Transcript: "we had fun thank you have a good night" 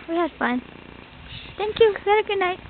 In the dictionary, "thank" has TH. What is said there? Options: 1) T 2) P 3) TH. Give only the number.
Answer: 1